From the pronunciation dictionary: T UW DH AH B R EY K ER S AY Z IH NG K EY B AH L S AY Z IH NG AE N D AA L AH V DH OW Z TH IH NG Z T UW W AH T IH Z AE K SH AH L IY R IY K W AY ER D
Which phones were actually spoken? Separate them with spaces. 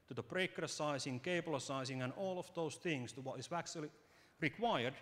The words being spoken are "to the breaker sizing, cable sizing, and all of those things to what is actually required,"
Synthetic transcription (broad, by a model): T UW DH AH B R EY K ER S AY S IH NG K EY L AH S AY S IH NG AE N AA L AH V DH OW S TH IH NG S T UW W AH T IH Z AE K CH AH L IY R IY K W AY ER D